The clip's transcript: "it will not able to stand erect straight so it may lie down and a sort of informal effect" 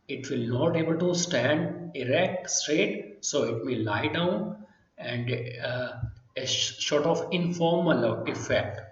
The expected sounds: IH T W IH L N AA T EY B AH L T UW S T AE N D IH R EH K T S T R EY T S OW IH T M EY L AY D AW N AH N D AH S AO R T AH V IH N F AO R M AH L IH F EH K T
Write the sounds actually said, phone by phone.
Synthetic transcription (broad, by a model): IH T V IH L N AA T EY B AH L T UW S T AE N D IH R EH K T S T R EY T S OW IH T M EY L AY D AW N AH N D AH SH AO R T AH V IH N F AO R M AH L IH F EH K T